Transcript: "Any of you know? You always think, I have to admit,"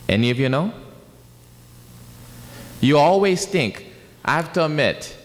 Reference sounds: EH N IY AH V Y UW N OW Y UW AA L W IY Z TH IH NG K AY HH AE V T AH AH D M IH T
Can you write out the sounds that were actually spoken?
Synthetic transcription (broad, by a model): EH N IY AH V Y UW N OW Y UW AA L W IY Z TH IH NG K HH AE F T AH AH M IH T